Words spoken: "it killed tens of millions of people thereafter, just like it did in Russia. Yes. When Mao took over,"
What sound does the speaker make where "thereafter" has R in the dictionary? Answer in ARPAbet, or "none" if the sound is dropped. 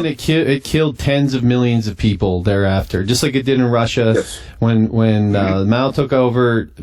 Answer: R